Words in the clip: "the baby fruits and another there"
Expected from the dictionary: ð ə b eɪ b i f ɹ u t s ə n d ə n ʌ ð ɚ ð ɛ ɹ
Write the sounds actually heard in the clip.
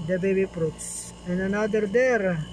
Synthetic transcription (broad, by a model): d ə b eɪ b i p ɹ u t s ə n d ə n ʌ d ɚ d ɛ ɹ